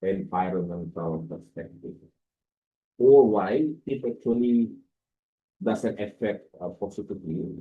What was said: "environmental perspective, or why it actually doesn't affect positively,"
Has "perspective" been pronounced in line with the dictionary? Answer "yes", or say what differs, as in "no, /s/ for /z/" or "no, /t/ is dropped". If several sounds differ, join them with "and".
no, /v/ is dropped